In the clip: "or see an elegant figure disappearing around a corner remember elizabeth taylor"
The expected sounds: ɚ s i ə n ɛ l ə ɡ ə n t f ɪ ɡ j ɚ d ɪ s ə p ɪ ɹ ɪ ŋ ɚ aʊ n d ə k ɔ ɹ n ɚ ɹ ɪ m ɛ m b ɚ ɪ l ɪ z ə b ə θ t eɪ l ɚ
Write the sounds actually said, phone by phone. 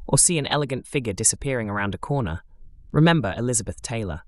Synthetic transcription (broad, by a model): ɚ s i ə n ɛ l ə ɡ ə n t f ɪ ɡ j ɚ d ɪ s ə p ɪ ɹ ɪ ŋ ɚ aʊ n d ə k ɔ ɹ n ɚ ɹ ɪ m ɛ m b ɚ ɪ l ɪ z ə b ə θ t eɪ l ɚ